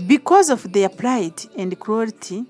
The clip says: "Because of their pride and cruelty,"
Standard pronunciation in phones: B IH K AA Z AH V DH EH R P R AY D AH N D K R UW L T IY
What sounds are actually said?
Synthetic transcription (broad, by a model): B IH K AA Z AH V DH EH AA P L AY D AH N D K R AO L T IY